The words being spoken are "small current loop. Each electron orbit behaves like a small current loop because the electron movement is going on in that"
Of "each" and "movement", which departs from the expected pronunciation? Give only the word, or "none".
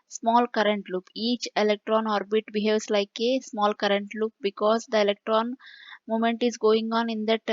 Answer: movement